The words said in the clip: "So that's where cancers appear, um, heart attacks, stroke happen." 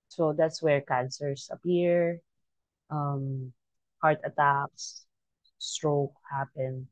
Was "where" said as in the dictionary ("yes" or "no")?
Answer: yes